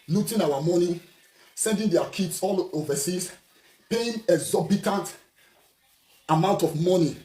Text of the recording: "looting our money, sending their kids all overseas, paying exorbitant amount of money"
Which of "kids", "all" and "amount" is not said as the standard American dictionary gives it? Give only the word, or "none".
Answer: kids